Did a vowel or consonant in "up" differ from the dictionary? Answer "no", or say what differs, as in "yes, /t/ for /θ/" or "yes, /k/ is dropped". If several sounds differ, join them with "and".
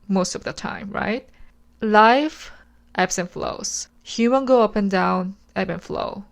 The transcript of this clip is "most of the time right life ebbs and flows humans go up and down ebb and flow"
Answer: no